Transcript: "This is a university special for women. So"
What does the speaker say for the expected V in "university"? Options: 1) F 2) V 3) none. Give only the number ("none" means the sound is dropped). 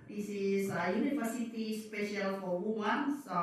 1